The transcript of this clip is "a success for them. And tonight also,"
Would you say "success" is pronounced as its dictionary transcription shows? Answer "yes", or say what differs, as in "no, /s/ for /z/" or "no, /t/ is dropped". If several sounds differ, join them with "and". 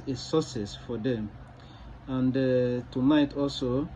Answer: no, /k/ is dropped